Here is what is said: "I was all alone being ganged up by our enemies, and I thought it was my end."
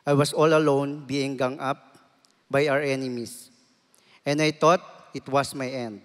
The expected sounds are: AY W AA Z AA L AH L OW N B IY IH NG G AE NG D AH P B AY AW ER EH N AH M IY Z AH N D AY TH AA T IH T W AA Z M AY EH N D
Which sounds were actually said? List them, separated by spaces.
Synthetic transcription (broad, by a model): AY W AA S AA L AH L OW N B IY IH NG G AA NG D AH P B AY AW ER EH N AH M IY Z AH N D AY T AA T IH T W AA S M AY EH N D